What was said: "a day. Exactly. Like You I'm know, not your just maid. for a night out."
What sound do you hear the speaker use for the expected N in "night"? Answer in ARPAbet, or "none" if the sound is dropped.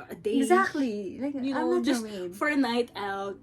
N